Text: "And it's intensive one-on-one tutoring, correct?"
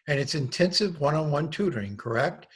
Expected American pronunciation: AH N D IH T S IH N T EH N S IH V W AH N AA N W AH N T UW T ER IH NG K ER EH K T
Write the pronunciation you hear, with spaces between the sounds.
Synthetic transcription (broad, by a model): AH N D IH T S IH N T EH N S IH V W AH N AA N W AH N T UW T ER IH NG K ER EH K T